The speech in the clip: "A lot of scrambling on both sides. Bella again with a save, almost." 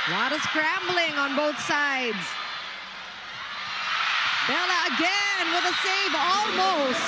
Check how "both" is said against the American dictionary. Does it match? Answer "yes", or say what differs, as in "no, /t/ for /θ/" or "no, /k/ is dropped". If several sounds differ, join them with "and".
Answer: yes